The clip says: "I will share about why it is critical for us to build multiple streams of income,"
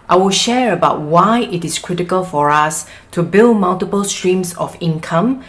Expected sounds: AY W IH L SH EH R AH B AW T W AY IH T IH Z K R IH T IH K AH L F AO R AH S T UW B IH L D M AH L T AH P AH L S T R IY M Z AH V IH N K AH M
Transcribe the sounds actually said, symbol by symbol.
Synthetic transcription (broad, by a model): AY W IH L SH EH R AH B AW T W AY IH T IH S K R IH T IH K AH L F AO R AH S T UW B IH L D M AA L T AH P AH L S T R IY M S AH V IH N K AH M